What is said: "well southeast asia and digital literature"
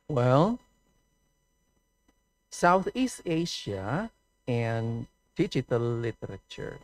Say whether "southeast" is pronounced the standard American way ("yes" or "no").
yes